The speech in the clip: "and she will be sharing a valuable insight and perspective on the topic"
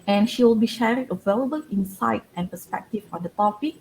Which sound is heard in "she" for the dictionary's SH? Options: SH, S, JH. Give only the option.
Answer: SH